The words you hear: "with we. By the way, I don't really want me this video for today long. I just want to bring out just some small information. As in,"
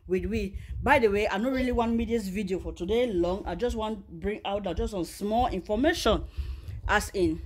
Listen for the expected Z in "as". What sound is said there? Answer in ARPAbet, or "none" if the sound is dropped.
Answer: S